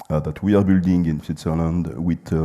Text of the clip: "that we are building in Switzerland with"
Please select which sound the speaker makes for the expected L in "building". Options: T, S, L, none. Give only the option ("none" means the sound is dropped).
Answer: L